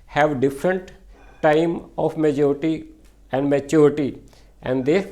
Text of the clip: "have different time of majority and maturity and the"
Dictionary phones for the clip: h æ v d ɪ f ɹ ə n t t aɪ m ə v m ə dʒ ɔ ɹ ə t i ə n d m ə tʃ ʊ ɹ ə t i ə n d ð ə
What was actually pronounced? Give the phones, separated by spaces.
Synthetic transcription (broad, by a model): h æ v d ɪ f ɹ ə n t t aɪ m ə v m ə dʒ ɔ ɹ ə t i ə n d m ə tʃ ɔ ɹ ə t i ə n d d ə